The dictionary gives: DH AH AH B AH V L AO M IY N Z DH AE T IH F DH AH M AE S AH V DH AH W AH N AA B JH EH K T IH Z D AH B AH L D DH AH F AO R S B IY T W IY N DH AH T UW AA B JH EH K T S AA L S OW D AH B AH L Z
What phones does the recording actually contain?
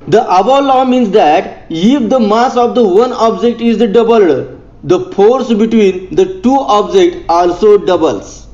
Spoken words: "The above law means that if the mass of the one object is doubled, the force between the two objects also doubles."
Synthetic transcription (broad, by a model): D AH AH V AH L AO M IY N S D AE T IH F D AH M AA S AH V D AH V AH N AA B JH EH K T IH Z D AH B AH L D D AH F AO R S B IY T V IY N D AH T UW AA B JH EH K T AA L S OW D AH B AH L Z